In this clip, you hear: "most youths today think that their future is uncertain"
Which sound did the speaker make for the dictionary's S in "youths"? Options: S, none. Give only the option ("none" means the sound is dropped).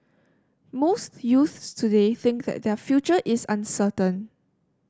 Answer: S